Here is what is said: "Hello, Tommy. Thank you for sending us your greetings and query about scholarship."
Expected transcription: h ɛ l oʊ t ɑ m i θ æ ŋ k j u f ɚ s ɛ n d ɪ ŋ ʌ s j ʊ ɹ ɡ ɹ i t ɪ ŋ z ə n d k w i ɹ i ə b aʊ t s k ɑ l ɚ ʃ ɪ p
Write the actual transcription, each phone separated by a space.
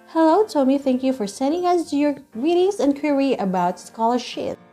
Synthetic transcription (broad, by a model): h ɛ l oʊ t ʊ m i θ æ ŋ k j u f ɚ s ɛ n d ɪ ŋ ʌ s j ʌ ɹ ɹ i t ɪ ŋ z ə n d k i ɹ i ə b aʊ t s k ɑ l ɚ ʃ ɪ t